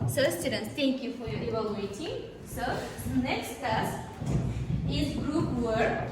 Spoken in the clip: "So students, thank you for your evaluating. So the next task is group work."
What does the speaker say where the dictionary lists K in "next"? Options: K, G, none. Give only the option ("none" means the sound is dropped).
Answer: K